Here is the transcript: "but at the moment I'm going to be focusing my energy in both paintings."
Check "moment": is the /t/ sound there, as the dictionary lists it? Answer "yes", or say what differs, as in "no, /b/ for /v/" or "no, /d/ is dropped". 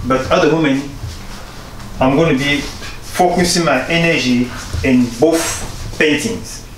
no, /t/ is dropped